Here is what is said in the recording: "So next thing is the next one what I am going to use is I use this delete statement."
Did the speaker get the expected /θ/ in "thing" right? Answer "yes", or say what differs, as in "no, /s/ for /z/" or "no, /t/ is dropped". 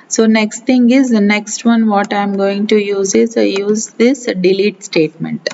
no, /t/ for /θ/